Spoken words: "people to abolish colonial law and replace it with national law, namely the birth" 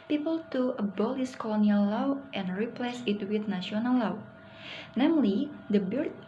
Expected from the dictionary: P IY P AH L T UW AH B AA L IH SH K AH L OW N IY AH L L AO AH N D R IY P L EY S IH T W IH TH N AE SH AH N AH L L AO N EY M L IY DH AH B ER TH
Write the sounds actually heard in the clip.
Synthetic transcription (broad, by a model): P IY P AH L T UW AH B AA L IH S K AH L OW N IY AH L L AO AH N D R IY P L EY S IH T W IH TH N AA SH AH N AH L L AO N EY M L IY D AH B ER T